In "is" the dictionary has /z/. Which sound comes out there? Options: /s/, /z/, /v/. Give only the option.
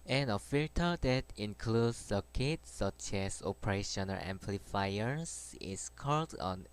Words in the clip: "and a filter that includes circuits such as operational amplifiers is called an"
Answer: /s/